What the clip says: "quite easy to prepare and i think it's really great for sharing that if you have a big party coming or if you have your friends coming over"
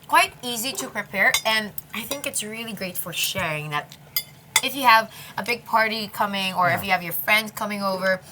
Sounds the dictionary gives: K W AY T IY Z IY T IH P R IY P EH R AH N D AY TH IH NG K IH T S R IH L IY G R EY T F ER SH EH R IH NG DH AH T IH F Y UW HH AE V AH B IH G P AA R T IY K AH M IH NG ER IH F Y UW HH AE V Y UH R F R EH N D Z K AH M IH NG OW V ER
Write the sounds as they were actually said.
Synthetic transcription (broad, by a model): K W AY T IY Z IY T IH P R IY P EH R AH N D AY TH IH NG K IH T S R IH L IY G R EY T F ER SH EH R IH NG DH AH T IH F Y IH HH V AH B IH G P AA R T IY K AH M IH NG ER IH F Y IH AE V Y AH R F R EH N D Z K AH M IH NG OW V ER